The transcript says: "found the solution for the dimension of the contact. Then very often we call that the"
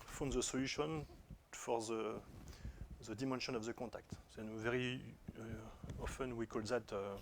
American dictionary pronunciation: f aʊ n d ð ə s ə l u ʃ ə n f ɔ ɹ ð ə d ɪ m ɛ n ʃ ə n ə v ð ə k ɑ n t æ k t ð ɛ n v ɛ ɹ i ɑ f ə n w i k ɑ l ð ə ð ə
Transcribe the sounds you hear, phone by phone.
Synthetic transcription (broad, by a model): f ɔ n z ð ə s ə l u ʃ ə n f ɔ ɹ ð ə d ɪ m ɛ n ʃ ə n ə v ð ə k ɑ t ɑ k t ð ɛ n v ɛ ɹ i ɑ f ə n w i k ɑ l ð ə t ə